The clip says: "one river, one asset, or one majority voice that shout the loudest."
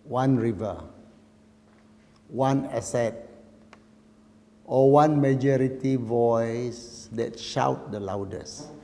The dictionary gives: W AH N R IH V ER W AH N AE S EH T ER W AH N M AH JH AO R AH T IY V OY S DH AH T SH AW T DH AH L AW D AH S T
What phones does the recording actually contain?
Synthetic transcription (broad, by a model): W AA N R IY V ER W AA N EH S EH T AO W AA N M AH JH AO R AH T IY V OY S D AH T SH AW T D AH L AW D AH S